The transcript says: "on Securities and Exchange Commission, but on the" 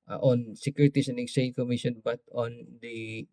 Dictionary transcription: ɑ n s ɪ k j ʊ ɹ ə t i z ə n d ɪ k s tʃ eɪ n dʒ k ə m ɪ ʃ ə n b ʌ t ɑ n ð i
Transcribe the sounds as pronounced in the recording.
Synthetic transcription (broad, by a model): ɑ n s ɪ k j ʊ ɹ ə t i s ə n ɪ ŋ s eɪ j k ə m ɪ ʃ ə n b ʌ t ɑ n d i